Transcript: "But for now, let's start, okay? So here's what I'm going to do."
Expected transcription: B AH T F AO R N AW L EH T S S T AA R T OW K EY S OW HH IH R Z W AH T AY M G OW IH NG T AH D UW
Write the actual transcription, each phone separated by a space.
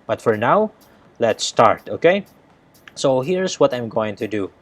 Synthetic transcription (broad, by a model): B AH T F AO R N AW L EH T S S T AA R T OW K EY S OW HH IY R S W AH T AY M G OW IH NG T AH D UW